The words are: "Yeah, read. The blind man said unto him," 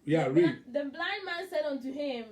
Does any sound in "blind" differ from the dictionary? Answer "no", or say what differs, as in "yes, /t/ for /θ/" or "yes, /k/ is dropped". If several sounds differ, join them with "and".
no